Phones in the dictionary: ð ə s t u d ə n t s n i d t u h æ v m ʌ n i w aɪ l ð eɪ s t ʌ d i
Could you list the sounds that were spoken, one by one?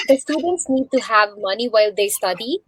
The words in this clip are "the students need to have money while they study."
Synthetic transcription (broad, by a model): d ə s t u d ə n t s n i d t u h æ v m ʌ n i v aɪ l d eɪ s t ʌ d i